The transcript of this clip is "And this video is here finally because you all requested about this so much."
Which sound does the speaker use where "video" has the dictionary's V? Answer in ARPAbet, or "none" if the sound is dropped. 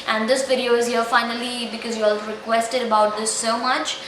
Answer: P